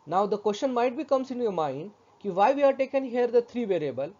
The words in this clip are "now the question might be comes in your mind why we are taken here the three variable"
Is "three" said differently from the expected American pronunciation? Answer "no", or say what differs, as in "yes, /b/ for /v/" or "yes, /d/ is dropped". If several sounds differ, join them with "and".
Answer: yes, /t/ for /θ/